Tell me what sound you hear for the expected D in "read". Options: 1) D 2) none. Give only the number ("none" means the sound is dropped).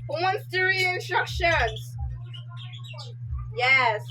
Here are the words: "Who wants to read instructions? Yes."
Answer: 2